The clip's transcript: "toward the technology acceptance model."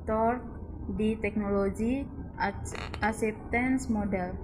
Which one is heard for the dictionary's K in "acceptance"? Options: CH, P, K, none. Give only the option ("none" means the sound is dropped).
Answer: none